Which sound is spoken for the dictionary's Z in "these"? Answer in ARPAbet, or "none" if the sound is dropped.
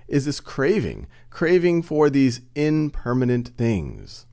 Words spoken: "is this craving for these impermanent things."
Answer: Z